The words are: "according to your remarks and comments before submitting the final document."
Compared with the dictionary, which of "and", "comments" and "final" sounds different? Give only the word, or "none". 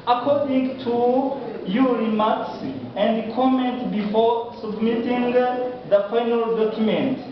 comments